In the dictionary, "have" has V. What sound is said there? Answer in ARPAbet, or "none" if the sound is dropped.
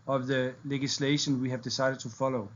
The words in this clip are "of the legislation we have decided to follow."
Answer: V